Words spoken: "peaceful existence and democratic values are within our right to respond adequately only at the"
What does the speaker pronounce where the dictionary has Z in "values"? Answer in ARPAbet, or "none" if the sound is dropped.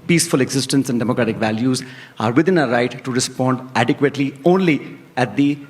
Z